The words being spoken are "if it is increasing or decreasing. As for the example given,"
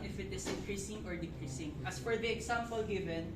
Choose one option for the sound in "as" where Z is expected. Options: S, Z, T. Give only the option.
S